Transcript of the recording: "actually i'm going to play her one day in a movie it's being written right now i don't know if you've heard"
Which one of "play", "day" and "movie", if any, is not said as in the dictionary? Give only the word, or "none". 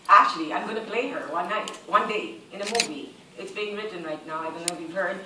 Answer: none